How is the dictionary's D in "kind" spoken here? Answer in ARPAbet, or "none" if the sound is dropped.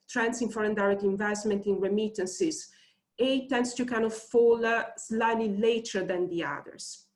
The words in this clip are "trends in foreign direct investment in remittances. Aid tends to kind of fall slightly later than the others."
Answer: none